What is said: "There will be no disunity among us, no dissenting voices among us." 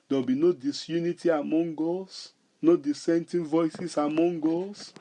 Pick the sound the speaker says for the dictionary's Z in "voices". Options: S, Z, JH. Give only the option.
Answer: S